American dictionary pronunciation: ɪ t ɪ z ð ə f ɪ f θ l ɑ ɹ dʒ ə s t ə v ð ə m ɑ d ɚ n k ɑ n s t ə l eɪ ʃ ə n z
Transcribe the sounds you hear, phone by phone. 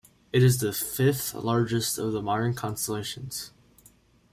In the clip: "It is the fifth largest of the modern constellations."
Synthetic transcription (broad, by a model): ɪ t ɪ z ð ə f ɪ f θ l ɑ ɹ dʒ ə s t ə v ð ə m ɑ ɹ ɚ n k ɑ n s t ə l eɪ ʃ ə n z